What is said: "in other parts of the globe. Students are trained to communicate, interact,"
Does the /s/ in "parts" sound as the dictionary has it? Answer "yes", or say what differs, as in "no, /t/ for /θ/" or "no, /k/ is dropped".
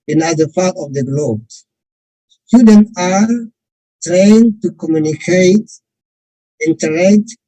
no, /s/ is dropped